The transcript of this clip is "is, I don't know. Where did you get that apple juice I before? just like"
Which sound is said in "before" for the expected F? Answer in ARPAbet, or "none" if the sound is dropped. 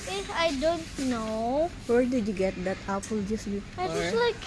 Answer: none